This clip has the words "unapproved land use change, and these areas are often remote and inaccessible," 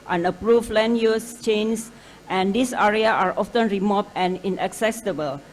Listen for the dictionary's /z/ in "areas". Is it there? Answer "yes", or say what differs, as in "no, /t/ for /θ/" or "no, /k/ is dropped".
no, /z/ is dropped